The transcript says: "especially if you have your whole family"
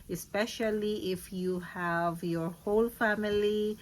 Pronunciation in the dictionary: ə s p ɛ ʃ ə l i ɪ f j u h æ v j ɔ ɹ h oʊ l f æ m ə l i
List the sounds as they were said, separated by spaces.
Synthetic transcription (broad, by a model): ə s p ɛ ʃ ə l i ɪ f j u h æ v j ɔ ɹ h oʊ l f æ m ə l i